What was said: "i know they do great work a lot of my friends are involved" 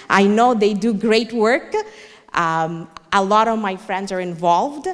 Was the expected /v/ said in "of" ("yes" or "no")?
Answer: yes